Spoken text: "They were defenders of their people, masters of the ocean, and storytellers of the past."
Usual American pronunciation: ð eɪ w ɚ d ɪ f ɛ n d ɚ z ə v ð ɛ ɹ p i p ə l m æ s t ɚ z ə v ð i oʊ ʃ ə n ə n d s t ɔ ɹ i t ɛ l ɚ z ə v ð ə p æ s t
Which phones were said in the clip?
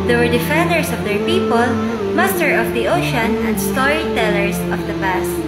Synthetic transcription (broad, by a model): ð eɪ w ɚ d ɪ f ɛ n d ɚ s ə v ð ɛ ɹ p i p ə l m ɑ s t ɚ ə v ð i oʊ ʃ ə n ə n d s t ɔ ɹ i t ɛ l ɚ s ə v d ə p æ s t